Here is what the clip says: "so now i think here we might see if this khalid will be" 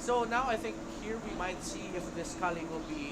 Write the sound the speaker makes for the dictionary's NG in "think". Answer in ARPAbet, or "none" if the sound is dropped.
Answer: NG